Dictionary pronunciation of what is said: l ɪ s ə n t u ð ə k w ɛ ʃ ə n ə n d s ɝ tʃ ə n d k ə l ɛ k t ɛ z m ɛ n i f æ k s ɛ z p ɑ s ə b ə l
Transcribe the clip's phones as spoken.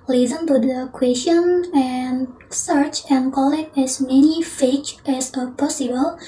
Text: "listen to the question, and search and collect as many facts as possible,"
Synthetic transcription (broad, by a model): l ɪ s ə n t u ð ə k w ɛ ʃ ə n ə n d s ɝ tʃ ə n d k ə l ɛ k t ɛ s m ɛ n i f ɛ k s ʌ p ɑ s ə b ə l